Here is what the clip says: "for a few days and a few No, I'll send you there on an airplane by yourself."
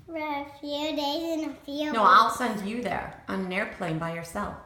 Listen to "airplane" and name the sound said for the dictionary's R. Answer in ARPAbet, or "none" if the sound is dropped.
R